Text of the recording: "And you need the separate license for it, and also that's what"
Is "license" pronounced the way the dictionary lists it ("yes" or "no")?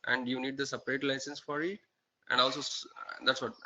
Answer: yes